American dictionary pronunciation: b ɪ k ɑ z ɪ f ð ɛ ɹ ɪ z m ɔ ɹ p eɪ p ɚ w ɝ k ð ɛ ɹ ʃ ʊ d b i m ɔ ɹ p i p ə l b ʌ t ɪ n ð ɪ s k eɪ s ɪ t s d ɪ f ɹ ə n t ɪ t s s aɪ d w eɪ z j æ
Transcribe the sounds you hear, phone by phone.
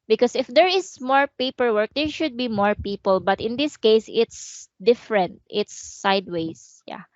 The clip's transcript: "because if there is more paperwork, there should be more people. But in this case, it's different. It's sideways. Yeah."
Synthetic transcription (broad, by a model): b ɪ k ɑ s ɪ f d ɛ ɹ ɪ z m ɔ ɹ p eɪ p ɚ w ɝ k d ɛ ɹ ʃ ʊ d b i m ɔ ɹ p i p ə l b ʌ t ɪ n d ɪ s k eɪ s ɪ t s d ɪ f ɹ ə n t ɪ t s s aɪ d w eɪ s j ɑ